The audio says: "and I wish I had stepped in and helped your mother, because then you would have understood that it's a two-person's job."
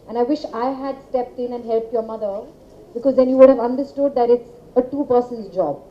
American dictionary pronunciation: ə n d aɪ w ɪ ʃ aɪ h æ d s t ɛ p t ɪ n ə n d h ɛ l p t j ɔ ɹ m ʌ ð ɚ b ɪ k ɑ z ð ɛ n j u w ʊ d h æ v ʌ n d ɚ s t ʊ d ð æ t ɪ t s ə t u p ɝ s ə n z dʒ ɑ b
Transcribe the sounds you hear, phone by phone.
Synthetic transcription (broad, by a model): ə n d aɪ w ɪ ʃ aɪ h æ d s t ɛ p t ɪ n ə n d h ɛ l p t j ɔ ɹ m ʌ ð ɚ b ɪ k ɑ z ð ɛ n j u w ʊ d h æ v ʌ n d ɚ s t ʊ d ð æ t ɪ t s ə t u p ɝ s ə n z dʒ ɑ b